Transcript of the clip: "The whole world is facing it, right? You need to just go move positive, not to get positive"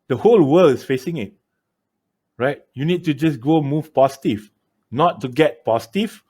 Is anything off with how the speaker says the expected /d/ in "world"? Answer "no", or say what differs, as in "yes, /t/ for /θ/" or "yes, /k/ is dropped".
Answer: yes, /d/ is dropped